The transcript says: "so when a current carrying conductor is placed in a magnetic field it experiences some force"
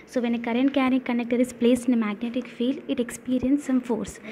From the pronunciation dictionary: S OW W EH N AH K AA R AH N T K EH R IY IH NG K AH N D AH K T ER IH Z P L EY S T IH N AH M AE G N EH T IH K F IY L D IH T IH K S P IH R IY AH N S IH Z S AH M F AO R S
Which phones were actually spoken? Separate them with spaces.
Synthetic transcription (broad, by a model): S OW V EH N AH K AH R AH N T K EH R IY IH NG K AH N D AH K T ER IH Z P L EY S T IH N AH M AE G N EH T IH K F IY L IH T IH K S P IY R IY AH N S S AH M F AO R S